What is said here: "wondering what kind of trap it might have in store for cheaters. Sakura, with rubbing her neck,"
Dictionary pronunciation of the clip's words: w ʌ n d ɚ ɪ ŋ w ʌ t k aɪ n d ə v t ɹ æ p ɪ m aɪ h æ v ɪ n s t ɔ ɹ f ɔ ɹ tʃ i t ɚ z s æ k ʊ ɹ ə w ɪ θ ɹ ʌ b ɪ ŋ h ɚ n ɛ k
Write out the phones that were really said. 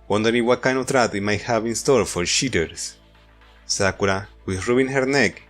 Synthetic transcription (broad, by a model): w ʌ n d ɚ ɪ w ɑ k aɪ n ə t ɹ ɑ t ɪ m aɪ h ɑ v ɪ n s t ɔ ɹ f ɔ ɹ ʃ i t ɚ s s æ k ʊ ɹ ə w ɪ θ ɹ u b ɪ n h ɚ n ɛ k